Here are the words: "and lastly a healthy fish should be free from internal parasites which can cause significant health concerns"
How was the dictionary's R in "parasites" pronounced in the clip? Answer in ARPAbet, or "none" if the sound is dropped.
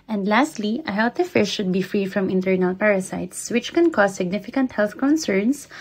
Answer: R